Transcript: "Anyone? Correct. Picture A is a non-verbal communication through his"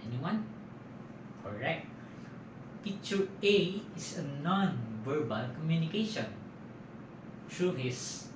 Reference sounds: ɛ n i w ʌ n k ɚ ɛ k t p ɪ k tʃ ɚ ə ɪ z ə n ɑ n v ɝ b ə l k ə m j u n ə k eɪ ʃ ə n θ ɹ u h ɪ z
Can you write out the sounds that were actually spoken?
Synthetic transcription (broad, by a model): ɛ n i w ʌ n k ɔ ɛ k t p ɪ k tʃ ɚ ə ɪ s ə n ɑ n v ɝ b ə l k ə m j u n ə k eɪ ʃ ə n t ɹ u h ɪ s